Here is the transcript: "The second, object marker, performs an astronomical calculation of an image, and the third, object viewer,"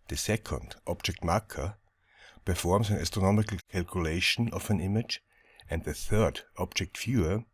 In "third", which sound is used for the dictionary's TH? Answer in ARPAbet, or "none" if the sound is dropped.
TH